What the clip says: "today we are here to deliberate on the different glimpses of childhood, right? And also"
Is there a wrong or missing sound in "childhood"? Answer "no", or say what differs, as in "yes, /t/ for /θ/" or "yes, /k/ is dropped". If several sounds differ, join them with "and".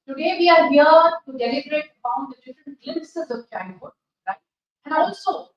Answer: yes, /n/ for /l/